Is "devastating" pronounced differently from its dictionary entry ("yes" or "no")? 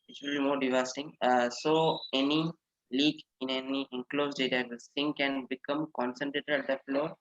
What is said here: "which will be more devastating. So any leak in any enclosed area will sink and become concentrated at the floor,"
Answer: yes